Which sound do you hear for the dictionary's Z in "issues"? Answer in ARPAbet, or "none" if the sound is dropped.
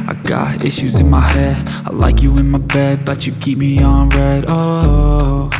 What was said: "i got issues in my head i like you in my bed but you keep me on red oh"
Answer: Z